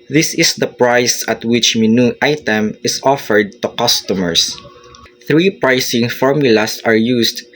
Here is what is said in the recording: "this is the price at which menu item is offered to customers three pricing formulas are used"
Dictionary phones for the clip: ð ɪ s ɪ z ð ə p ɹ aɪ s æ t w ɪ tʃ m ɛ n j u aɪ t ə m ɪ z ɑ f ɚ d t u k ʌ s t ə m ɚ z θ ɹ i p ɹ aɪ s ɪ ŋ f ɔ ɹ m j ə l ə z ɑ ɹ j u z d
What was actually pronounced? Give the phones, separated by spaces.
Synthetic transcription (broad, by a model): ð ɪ s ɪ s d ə p ɹ aɪ s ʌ t w ɪ tʃ m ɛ n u aɪ t ə m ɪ s ɑ f ɚ d t u k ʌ s t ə m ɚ s θ ɹ i p ɹ aɪ s ɪ ŋ f ɔ ɹ m j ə l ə s ɑ ɹ j u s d